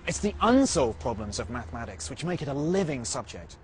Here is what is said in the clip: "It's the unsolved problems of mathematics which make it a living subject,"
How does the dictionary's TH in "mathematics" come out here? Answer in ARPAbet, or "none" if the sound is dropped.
TH